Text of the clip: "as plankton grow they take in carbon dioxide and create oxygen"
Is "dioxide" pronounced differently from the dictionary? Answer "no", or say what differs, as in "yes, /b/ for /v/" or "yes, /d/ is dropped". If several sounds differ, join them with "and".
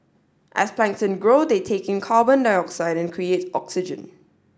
no